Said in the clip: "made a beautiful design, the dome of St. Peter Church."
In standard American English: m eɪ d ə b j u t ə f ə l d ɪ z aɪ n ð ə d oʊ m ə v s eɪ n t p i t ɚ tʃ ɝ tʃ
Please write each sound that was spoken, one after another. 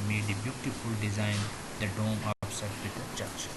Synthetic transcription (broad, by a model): m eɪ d ə b j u t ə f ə l d ɪ z aɪ n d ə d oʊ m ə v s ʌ t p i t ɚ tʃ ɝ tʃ